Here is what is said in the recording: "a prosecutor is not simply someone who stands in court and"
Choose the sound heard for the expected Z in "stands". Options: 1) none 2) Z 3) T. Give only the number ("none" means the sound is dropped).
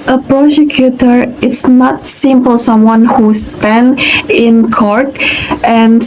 1